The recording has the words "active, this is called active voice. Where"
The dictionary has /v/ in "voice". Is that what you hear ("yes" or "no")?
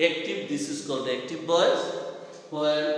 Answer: no